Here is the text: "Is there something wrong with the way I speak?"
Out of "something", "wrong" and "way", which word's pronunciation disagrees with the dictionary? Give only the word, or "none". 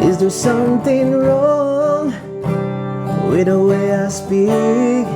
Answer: none